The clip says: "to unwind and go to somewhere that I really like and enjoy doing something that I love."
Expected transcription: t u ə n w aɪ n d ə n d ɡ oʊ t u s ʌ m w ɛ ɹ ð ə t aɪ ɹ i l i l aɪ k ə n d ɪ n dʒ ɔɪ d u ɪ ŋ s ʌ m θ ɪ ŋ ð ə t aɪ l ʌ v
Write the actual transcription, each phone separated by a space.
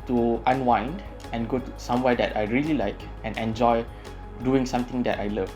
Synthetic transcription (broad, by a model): t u ə n w aɪ n d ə n ɡ oʊ t u s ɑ m w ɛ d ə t aɪ ɹ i l i l aɪ k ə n ɪ n dʒ ɔɪ d u ɪ ŋ s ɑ m t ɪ ŋ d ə t aɪ l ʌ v